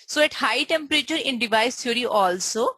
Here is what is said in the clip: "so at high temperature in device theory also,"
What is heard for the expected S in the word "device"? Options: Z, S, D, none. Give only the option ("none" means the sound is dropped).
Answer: S